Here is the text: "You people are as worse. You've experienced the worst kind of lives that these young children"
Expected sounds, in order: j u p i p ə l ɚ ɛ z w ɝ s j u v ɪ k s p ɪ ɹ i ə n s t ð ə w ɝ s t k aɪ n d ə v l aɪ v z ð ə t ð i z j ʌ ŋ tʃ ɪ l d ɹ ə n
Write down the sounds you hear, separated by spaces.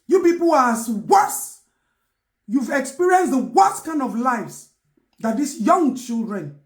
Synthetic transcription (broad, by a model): j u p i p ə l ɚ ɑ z w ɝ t j u v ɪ k s p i ɹ i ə n s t w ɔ t k aɪ n d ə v l aɪ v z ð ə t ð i s j ʌ ŋ tʃ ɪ l d ɹ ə n